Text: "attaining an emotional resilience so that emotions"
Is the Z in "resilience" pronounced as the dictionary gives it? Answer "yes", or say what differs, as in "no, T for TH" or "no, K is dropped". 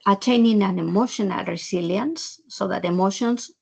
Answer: no, S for Z